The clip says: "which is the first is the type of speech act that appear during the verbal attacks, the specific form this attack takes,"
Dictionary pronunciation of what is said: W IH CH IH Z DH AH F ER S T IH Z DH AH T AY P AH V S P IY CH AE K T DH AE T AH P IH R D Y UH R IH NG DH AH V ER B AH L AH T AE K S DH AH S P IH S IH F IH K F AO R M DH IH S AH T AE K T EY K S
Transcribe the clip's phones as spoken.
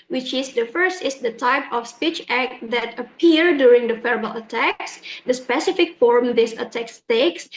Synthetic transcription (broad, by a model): W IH CH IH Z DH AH F ER S T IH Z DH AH T AY P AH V S P IY CH AE K T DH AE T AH P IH R D Y UH R IH NG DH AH F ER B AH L AH T AE K S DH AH S P IH S IH F IH K F AO R M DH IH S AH T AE K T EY K S